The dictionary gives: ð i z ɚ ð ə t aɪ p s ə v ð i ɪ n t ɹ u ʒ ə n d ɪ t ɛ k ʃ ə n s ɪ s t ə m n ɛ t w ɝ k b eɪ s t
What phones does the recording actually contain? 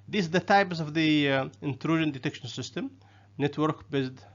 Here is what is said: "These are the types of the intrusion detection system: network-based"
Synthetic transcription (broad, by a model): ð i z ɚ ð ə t aɪ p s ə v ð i ɪ n t ɹ u ʒ ə n d ɪ t ɛ k ʃ ə n s ɪ s t ə m n ɛ t w ɝ k b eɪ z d